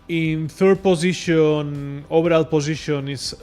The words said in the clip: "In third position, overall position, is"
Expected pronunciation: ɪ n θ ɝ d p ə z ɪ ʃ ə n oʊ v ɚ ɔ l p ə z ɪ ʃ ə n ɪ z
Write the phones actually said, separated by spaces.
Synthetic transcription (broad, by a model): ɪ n θ ɝ d p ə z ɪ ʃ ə n oʊ b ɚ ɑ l p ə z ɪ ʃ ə n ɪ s